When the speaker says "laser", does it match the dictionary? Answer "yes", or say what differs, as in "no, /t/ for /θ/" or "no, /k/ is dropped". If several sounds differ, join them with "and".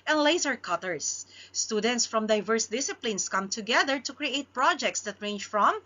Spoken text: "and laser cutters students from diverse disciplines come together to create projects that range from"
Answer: no, /s/ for /z/